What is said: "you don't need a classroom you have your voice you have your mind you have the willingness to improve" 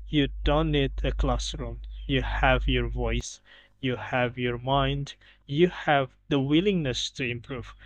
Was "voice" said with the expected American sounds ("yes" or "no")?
yes